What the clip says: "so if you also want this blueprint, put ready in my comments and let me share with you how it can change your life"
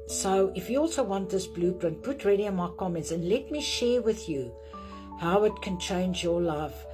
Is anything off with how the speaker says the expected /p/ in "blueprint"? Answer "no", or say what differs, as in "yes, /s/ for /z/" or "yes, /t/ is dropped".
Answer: yes, /b/ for /p/